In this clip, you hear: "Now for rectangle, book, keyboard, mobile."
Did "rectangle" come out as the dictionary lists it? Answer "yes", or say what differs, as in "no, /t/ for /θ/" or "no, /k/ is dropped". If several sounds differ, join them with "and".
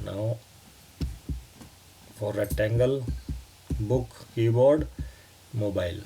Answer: no, /k/ is dropped